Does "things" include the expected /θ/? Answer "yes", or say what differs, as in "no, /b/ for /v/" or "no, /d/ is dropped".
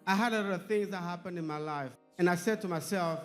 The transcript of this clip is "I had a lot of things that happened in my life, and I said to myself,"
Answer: yes